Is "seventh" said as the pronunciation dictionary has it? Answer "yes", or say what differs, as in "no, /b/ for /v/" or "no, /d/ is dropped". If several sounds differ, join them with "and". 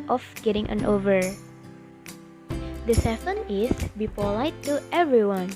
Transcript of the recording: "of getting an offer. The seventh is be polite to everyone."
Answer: no, /f/ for /v/